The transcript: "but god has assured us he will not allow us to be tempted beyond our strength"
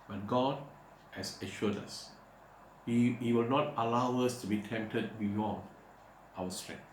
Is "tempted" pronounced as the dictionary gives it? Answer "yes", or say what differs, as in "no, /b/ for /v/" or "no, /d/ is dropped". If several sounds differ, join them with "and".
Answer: yes